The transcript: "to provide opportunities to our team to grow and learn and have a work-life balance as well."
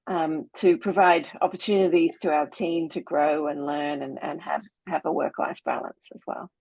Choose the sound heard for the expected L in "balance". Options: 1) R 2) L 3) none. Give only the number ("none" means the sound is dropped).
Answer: 2